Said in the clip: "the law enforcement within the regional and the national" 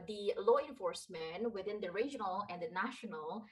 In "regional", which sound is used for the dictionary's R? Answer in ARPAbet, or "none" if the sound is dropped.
R